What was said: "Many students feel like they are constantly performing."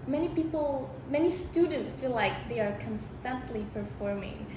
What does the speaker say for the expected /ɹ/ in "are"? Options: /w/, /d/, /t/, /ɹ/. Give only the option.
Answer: /ɹ/